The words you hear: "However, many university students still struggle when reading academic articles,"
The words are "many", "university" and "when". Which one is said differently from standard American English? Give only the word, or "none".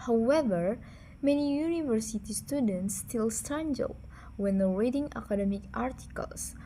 none